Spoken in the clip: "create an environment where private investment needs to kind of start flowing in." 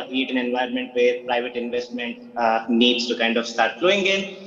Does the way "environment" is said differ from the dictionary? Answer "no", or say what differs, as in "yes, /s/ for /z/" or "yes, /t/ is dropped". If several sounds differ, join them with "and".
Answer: yes, /ɹ/ is dropped